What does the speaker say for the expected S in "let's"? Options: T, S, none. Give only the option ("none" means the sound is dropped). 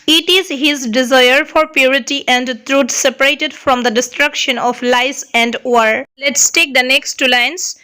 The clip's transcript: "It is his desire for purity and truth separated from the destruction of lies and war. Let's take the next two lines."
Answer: S